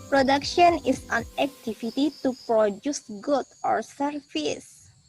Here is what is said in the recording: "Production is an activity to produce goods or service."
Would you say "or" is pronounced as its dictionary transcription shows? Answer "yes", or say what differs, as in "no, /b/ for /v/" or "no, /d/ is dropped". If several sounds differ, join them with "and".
yes